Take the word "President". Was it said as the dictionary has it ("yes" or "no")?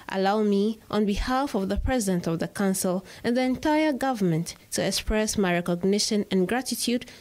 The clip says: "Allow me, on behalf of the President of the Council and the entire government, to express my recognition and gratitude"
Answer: yes